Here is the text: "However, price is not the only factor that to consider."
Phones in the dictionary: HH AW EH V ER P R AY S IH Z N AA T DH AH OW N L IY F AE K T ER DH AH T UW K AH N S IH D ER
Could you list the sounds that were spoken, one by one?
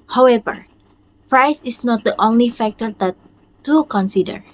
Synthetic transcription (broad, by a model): HH AW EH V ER P R AY S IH S N AA T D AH OW N L IY F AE K T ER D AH T UW K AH N S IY D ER